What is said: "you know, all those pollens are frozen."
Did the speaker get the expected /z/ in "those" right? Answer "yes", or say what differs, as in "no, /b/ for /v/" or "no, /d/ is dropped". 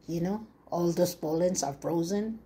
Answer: no, /s/ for /z/